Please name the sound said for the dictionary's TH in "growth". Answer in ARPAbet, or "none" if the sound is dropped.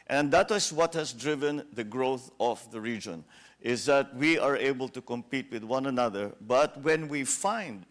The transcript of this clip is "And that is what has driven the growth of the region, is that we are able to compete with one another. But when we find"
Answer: TH